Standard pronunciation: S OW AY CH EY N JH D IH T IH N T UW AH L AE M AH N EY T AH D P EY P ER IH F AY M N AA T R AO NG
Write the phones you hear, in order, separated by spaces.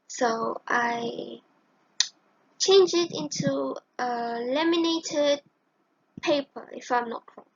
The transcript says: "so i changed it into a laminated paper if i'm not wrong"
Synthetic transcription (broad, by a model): S OW AY CH EY N JH IH T IH N T UW AH L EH M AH N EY T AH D P EY P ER IH F AY M N AA T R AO